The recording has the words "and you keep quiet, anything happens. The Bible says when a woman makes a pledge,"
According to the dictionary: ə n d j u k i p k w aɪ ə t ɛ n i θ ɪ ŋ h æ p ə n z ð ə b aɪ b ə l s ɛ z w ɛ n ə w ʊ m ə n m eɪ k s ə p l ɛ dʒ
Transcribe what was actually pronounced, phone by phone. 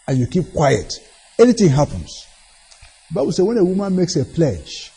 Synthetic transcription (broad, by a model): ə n j u k i p k w aɪ ə t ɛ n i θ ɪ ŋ h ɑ p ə n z ð ə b aɪ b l s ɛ w ɛ n ə w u m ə n m eɪ k s ə p l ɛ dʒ